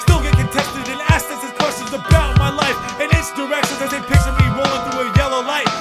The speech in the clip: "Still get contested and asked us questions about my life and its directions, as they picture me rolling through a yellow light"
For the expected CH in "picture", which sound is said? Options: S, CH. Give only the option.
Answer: S